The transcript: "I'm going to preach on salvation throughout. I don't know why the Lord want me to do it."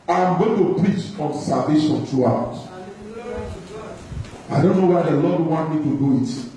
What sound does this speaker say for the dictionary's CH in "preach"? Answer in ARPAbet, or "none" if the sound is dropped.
CH